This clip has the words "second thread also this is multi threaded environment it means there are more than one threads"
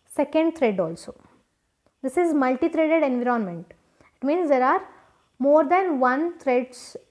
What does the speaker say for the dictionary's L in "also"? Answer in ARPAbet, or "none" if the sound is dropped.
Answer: L